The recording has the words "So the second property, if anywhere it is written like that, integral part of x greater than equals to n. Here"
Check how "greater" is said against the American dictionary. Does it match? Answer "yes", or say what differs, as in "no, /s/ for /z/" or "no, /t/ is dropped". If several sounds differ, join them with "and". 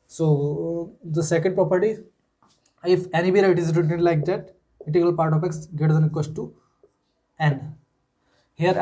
no, /ɹ/ is dropped